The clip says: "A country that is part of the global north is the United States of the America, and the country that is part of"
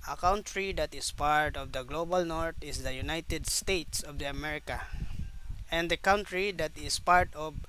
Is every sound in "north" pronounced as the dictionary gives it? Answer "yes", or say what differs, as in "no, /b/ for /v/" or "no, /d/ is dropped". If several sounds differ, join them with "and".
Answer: no, /t/ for /θ/